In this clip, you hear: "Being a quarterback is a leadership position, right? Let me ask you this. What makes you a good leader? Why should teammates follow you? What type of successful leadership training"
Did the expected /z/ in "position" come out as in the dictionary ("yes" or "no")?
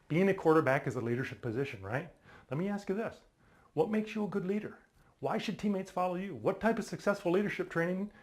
yes